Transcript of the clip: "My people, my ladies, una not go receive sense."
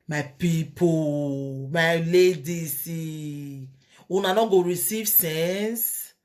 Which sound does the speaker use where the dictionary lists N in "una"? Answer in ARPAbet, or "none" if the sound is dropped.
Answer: N